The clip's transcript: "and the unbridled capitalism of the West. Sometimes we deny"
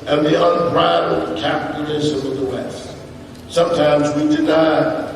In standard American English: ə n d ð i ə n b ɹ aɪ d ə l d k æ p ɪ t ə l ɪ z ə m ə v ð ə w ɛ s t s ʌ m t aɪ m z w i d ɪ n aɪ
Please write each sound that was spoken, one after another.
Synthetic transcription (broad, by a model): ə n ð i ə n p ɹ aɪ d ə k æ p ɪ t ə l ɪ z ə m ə ð ə w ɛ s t s ʌ m t aɪ m z w i d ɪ n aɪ